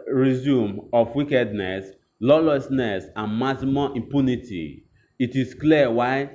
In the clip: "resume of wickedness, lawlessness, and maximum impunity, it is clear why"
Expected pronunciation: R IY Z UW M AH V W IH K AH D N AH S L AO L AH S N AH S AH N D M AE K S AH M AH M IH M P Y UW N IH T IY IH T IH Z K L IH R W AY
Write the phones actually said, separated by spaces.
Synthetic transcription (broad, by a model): R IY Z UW M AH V W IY K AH D N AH S L AO L AH S N AH S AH N M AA S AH M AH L IH M P Y UW N IH T IY IH T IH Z K L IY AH W AY